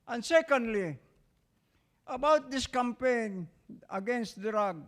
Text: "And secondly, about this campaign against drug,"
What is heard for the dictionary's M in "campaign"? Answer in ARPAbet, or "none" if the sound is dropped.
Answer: M